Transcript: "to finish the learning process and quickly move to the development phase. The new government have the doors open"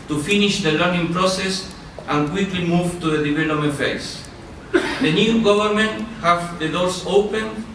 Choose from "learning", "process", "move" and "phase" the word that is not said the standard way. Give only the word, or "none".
phase